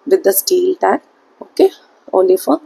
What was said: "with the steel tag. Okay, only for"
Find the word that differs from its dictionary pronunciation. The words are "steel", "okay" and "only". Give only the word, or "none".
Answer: only